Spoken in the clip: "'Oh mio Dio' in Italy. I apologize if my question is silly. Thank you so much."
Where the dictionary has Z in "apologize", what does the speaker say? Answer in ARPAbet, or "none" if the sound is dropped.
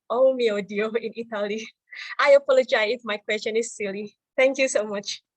none